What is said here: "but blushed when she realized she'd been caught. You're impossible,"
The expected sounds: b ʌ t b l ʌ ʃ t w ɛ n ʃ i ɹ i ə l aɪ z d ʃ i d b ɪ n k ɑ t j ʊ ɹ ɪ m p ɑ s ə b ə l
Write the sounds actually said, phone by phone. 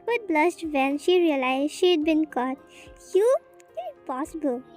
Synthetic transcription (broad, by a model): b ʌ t b l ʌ s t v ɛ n ʃ i ɹ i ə l aɪ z ʃ i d b ɪ n k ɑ t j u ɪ p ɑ s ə b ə l